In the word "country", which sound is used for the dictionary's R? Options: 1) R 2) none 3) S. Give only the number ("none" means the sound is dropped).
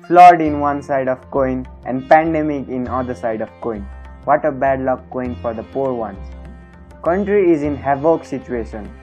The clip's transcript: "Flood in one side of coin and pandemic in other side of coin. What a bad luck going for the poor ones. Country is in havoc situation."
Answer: 1